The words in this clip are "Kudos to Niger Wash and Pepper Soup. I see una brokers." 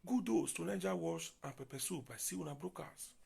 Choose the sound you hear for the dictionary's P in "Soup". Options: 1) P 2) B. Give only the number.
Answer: 2